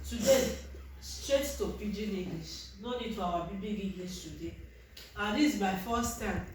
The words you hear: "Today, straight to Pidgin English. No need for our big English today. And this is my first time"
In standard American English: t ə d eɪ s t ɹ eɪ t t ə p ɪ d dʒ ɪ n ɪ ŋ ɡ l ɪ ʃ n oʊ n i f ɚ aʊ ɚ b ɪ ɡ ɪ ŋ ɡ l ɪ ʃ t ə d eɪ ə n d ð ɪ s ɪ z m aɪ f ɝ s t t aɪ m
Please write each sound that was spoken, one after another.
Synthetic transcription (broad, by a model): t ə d eɪ s t ɹ eɪ t t ə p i dʒ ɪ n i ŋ ɡ l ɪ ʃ n oʊ n i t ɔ aʊ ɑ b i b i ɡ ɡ l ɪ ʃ t ə d eɪ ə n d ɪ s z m aɪ f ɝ s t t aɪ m